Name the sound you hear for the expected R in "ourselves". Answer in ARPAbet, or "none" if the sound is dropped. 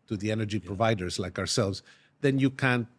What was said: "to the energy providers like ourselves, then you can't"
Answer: R